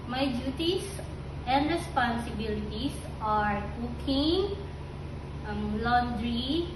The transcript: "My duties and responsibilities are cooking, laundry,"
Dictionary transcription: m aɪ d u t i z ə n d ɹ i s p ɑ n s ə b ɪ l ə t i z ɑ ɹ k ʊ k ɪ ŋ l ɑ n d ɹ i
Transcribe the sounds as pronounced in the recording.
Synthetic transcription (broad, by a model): m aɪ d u t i s ə n d ɹ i s p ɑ n s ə b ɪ l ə t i s ɑ ɹ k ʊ k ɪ ŋ l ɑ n d ɹ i